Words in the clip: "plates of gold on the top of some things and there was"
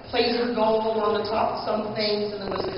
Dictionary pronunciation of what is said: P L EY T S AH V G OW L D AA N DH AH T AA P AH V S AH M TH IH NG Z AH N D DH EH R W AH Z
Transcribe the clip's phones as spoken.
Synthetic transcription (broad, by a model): P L EY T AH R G OW L AH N DH AH T AA P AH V S AH M TH IH NG Z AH N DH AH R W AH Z